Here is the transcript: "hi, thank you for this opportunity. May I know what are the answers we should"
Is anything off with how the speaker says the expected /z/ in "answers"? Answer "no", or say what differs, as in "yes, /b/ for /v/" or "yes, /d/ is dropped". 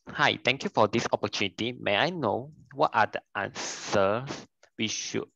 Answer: yes, /s/ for /z/